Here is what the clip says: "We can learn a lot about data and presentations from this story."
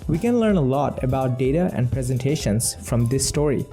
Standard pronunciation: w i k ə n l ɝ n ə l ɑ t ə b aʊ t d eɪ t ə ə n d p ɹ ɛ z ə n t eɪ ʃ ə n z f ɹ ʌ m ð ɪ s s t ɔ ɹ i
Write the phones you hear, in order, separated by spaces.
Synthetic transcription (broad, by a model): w i k ə n l ɝ n ə l ɑ t ə b aʊ t d eɪ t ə ə n d p ɹ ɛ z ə n t eɪ ʃ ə n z f ɹ ʌ m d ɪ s s t ɔ ɹ i